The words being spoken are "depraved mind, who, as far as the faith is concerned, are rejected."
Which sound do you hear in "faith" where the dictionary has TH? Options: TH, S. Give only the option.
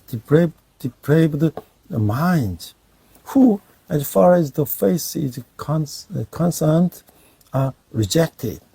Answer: S